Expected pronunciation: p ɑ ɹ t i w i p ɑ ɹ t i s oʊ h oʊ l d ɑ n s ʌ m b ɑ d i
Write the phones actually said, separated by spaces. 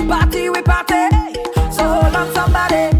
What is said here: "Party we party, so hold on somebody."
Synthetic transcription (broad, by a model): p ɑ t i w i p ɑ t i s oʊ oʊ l ɑ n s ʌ m b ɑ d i